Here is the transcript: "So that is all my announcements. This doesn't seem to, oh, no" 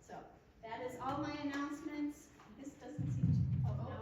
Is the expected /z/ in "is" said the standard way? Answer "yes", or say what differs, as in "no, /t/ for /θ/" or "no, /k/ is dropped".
yes